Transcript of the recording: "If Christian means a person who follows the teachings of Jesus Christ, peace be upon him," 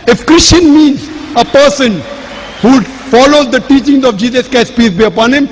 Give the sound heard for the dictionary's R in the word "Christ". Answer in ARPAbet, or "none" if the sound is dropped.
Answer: none